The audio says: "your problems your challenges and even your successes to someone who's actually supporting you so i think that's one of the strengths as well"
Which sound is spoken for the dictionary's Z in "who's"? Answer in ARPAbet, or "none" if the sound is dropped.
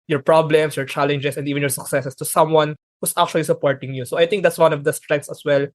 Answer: S